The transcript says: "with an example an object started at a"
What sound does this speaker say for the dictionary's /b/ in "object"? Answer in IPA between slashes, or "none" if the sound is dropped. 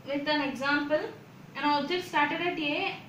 none